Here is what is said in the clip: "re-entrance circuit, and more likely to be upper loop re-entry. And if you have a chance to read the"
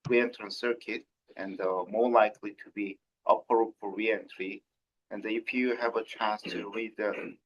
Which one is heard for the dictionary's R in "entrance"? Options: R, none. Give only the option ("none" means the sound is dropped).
none